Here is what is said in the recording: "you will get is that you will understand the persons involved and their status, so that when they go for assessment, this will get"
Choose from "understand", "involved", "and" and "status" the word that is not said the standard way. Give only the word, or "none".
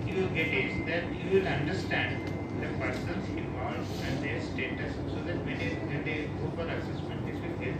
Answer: involved